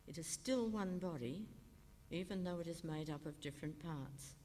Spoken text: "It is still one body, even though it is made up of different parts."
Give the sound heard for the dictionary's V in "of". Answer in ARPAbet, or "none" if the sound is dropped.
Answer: V